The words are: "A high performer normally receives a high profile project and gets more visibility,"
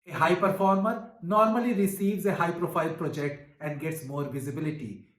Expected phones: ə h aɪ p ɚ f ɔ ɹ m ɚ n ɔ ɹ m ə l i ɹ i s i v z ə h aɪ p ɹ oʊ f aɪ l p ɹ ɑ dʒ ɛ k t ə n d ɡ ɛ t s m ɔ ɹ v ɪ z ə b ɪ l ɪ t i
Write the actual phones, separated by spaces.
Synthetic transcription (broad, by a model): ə h aɪ p ɚ f ɔ ɹ m ɚ n ɔ ɹ m ə l i ɹ i s i v z ə h aɪ p ɹ oʊ f aɪ l p ɹ ɑ dʒ ɛ k t ə n d ɡ ɛ t s m ɔ ɹ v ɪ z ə b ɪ l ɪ t i